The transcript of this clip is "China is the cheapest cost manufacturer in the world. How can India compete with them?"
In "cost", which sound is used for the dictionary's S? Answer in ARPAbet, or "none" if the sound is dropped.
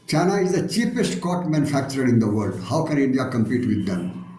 none